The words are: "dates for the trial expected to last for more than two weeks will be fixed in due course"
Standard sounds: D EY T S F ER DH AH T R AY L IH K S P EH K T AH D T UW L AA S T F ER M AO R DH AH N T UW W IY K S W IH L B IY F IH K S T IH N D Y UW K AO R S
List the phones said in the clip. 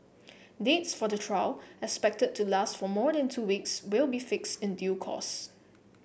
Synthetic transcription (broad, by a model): D EY T S F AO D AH T R AY L IH K S P EH K T AH D T UW L AA S T F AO M AO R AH N T UW W IY K S W IH L B IY F IH K S T IH N D Y UW K AO S